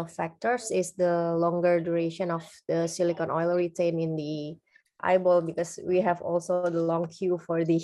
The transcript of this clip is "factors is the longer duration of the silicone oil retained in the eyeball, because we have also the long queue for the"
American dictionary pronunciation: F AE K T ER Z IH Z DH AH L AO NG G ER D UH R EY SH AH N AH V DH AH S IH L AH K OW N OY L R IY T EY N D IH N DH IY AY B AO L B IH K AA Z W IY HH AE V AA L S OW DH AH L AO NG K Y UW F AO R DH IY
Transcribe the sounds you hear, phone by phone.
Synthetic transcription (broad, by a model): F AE K T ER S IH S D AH L AO NG G ER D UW R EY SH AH N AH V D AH S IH L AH K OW N OY L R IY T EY N IH N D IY AY B AO L B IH K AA S W IY HH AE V AA L S OW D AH L AO NG K Y UW F AO R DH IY